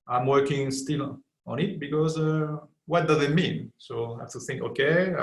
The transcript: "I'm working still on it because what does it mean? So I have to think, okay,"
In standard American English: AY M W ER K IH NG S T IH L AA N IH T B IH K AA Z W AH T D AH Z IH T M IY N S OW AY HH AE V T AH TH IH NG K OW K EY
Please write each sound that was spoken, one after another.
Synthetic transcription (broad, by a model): AY M W ER K IH NG S T IH L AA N IH T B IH K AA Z W AH T D AH Z IH T M IY N S OW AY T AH TH IH NG K OW K EY